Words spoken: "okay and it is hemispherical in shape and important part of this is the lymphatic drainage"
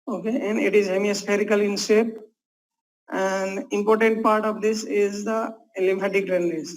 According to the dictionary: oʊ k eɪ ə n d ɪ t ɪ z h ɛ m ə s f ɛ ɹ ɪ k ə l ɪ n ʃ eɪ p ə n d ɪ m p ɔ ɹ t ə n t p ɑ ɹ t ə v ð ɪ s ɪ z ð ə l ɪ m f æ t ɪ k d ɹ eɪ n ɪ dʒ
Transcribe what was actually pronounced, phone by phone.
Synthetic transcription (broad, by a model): oʊ k eɪ ə n d ɪ t ɪ z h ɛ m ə s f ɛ ɹ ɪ k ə l ɪ n s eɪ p ə n d ɪ m p ɔ ɹ t ə n t p ɑ ɹ t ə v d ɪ s ɪ z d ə l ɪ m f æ t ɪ k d ɹ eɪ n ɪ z